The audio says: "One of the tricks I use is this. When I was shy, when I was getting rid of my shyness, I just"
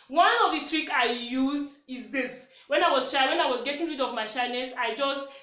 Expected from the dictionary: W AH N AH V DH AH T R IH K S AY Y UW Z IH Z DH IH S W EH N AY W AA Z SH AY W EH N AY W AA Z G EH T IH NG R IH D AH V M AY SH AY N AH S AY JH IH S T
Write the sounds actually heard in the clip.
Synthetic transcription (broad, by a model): W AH N AH V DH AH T R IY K AY Y UW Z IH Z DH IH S W EH N AY W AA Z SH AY W EH N AY W AA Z G EH T IH NG R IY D AH V M AY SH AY N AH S AY JH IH S T